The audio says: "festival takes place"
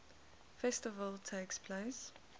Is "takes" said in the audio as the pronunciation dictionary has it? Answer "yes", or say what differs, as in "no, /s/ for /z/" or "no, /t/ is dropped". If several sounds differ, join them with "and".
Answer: yes